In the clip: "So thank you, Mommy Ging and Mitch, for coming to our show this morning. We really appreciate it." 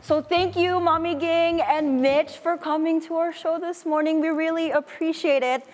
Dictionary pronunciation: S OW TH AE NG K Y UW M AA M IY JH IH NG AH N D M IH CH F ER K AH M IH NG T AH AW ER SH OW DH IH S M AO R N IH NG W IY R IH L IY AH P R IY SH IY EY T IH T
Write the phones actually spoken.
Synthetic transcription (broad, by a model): S OW TH AE NG K Y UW M AA M IY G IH NG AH N M IH CH F ER K AH M IH NG T AH AW ER SH OW DH IH S M AO R N IH NG W IY R IH L IY AH P R IY SH IY EY T IH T